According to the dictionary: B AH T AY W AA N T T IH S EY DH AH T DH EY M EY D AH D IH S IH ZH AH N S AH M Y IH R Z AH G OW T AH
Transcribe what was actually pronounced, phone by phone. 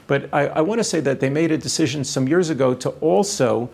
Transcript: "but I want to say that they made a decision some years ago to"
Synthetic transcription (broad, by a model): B AH T AY W AA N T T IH S EY DH AH T DH EY M EY D AH D IH S IH ZH AH N S AH M Y IH R Z AH G OW T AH